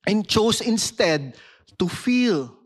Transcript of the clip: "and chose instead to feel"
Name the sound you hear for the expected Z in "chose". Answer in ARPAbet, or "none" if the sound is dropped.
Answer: S